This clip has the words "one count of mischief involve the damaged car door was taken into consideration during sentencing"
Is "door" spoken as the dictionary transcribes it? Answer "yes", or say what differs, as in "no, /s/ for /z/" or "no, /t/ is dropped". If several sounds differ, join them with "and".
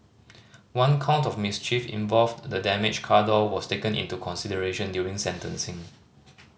no, /l/ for /ɹ/